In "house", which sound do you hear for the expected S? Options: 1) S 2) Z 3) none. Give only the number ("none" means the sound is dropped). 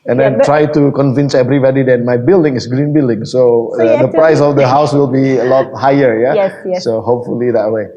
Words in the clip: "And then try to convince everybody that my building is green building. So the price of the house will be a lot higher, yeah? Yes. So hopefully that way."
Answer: 1